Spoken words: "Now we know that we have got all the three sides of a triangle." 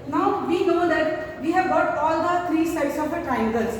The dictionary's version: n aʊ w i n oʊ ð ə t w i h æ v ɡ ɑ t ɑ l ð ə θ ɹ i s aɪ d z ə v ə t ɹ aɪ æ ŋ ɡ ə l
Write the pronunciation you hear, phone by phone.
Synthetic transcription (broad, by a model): n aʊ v i n oʊ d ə t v i h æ v ɡ ɑ t ɑ l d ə t ɹ i s aɪ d s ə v ə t ɹ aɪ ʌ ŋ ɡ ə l